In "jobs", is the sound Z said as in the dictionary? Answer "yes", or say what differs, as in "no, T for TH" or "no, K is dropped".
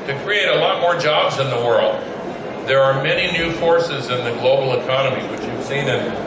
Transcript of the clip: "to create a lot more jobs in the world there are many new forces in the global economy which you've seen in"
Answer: yes